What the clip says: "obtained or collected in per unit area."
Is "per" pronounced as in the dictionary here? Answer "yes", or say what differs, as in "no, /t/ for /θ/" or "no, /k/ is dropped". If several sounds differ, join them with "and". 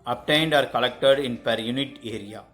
yes